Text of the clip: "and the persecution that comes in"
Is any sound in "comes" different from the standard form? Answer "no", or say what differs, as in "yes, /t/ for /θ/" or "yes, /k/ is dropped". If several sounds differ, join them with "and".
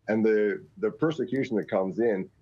no